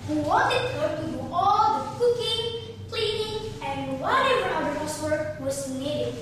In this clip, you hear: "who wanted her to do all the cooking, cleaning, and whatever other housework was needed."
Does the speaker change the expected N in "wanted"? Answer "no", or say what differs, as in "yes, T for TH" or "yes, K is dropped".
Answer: yes, N is dropped